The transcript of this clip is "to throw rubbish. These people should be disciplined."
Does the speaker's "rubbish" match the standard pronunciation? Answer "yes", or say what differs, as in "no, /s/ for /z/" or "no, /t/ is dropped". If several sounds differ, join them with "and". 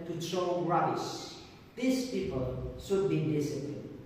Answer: no, /b/ is dropped and /s/ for /ʃ/